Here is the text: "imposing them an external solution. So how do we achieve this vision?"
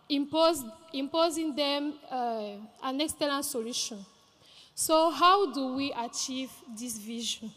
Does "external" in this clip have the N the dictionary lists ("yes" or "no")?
no